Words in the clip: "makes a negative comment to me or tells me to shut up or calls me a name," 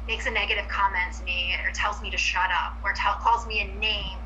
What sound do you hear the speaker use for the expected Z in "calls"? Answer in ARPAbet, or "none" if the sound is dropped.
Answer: Z